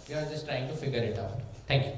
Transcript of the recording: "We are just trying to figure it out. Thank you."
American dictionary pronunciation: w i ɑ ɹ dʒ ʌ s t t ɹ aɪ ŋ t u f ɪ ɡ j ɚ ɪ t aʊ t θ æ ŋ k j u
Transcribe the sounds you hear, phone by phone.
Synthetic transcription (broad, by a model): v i ɑ ɹ dʒ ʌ s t t ɹ aɪ ŋ t u f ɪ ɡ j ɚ ɪ t aʊ t t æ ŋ k j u